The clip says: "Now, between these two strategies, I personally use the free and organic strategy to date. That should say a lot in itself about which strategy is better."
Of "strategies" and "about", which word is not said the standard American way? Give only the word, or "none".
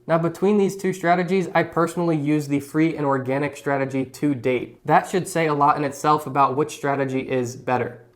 none